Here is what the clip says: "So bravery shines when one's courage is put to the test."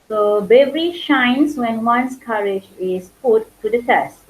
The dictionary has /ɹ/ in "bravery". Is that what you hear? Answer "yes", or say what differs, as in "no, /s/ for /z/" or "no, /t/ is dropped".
no, /ɹ/ is dropped